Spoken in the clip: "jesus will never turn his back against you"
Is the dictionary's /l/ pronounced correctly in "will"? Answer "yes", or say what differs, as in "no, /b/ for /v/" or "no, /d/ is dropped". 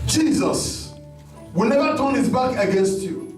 yes